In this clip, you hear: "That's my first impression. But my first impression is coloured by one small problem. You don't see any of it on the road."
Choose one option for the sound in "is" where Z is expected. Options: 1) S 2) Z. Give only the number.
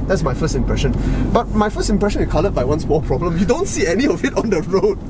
1